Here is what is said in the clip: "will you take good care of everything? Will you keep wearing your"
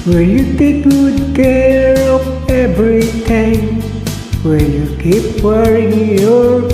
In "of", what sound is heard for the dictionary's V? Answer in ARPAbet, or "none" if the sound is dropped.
P